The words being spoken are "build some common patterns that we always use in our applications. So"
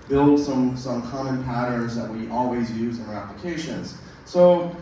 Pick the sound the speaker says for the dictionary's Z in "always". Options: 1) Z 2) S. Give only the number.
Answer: 1